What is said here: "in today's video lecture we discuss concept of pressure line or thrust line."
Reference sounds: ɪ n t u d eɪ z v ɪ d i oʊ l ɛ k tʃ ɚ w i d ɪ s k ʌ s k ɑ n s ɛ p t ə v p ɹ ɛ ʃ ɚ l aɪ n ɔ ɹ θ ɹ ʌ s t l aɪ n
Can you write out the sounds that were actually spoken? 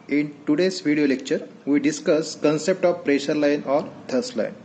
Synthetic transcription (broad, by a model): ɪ n t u d eɪ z v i d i oʊ l ɛ k tʃ ɚ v i d ɪ s k ʌ s k ɑ n s ɛ p t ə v p ɹ ɛ ʃ ɚ l aɪ n ɔ ɹ t ɹ s t l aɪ n